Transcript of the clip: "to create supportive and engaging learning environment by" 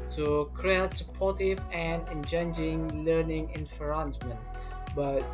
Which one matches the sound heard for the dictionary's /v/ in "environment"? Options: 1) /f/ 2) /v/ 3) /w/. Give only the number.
1